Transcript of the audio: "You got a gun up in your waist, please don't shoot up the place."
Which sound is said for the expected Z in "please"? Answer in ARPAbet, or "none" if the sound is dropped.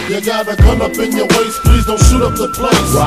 Z